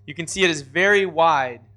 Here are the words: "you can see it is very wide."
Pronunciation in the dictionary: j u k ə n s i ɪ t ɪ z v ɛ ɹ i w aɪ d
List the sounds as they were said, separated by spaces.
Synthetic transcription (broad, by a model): j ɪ k ə n s i ɪ t ɪ z v ɛ ɹ i w aɪ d